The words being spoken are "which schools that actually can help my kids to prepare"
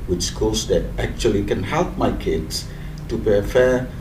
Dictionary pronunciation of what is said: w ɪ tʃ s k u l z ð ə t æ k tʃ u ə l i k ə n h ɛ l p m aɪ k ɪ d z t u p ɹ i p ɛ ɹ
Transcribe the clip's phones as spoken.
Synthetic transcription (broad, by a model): w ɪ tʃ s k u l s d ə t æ k tʃ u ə l i k ə n h ɛ l p m aɪ k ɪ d s t u p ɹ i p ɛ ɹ